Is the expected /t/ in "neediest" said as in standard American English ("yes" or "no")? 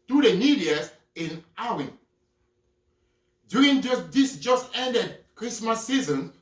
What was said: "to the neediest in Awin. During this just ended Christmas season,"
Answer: no